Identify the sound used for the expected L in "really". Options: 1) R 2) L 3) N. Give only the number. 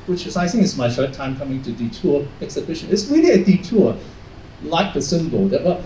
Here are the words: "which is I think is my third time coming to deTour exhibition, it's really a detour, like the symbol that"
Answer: 3